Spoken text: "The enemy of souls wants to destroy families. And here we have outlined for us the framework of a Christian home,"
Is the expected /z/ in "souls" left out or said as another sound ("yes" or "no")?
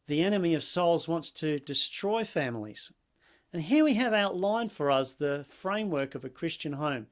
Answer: no